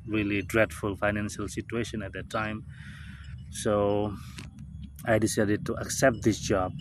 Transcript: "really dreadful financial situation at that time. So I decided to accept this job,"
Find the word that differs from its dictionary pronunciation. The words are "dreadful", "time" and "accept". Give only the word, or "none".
none